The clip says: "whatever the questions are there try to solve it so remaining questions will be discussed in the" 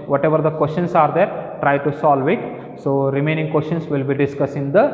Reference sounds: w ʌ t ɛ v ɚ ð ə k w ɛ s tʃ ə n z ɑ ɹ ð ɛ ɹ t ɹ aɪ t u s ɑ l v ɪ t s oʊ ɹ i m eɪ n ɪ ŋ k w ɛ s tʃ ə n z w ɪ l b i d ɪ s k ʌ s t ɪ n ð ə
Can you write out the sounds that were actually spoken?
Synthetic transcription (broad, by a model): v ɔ t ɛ v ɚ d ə k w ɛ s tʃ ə n s ɑ ɹ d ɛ ɹ t ɹ aɪ t u s ɑ l v ɪ t s oʊ ɹ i m eɪ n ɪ ŋ k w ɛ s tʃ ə n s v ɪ l b i d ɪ s k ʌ s ɪ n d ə